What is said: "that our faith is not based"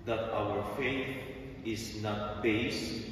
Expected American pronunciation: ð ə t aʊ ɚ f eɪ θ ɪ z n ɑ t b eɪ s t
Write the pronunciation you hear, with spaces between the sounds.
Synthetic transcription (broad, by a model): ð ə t aʊ ɚ f eɪ θ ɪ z n ɑ t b eɪ s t